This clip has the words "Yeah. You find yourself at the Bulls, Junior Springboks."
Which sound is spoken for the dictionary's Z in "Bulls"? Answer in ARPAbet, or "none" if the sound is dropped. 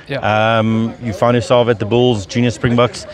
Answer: Z